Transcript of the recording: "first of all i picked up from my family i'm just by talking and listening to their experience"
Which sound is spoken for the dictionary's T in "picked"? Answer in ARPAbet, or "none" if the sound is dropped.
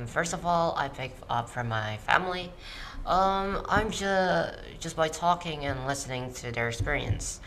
none